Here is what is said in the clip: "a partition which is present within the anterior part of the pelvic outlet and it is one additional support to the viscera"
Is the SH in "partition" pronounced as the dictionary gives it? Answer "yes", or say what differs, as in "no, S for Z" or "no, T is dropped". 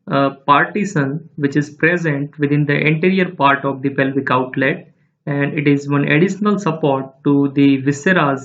no, S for SH